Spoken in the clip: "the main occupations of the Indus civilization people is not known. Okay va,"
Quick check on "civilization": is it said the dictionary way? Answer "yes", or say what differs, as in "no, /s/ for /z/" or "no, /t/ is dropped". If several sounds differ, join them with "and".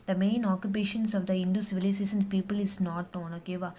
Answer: no, /s/ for /z/ and /s/ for /ʃ/